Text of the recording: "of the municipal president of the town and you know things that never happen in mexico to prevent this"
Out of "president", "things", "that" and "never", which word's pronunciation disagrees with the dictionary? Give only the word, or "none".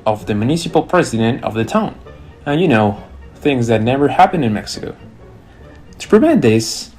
none